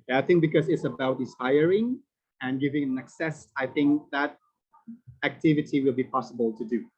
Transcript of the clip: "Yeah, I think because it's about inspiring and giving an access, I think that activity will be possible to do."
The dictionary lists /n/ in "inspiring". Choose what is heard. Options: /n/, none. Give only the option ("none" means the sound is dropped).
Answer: none